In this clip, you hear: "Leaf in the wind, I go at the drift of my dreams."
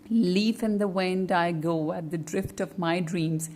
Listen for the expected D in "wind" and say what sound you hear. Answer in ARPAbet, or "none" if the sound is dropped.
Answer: D